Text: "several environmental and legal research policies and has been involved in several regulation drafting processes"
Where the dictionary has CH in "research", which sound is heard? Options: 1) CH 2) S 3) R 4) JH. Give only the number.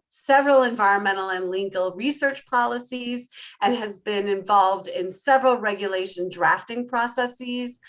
1